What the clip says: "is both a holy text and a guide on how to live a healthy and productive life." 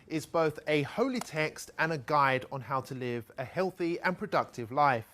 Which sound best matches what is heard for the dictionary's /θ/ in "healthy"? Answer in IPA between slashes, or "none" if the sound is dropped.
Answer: /θ/